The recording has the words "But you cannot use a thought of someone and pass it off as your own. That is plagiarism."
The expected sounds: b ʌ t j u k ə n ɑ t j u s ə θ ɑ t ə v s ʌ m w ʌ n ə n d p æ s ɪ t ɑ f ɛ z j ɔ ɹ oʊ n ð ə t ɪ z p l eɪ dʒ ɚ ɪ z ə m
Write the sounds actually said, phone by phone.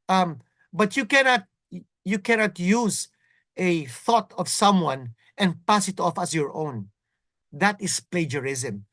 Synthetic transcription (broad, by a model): b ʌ t j u k ə n ɑ t j u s ə θ ɑ t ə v s ʌ m w ʌ n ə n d p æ s ɪ t ɑ f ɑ s j ɔ ɹ oʊ n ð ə t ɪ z p l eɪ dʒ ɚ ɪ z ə m